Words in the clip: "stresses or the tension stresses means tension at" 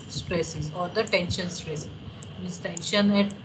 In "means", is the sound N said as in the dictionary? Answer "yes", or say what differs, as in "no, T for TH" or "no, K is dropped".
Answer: no, N is dropped